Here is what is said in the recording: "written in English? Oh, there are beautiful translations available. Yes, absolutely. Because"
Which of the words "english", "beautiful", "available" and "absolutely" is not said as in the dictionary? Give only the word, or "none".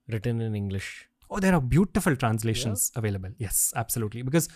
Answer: none